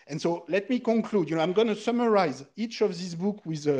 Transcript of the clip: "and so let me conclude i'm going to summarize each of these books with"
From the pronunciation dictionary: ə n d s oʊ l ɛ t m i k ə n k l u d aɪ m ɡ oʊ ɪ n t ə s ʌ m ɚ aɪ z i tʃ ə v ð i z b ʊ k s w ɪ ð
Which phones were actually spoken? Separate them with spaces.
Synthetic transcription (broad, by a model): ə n s oʊ l ɛ t m i k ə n k l u d aɪ m ɡ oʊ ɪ n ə s ʌ m ɚ aɪ z i tʃ ə v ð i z b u k w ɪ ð